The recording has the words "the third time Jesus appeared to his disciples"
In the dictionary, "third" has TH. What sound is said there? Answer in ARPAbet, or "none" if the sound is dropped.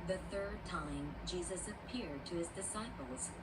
TH